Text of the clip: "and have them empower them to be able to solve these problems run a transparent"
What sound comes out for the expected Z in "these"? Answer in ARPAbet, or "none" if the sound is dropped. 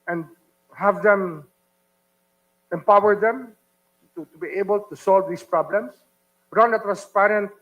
S